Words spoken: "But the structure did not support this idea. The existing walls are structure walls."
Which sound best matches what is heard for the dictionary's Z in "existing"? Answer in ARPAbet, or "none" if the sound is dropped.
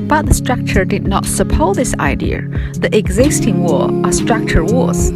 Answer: Z